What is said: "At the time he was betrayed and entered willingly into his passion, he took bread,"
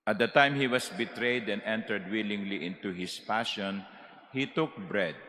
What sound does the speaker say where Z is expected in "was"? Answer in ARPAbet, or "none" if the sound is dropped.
S